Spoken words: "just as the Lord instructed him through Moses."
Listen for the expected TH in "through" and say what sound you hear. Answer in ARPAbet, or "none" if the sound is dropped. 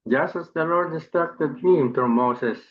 T